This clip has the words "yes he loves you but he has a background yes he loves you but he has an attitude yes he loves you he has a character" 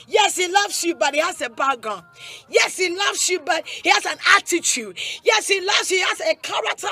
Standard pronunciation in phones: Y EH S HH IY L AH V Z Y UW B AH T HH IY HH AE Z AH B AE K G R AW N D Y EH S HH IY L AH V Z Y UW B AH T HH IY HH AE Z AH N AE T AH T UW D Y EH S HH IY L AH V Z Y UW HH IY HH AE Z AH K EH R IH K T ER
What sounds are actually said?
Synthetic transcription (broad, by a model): Y EH S HH IY L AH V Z Y UW B AH T HH IY HH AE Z AH B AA G AW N Y EH S HH IY L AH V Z Y UW B AH T HH IY HH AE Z AH N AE T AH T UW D Y EH S HH IY L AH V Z HH IY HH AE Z AH K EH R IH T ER